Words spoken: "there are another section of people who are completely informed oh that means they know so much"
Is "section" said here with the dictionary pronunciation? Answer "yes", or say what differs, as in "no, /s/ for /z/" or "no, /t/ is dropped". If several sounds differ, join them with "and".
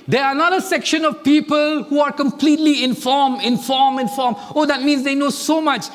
yes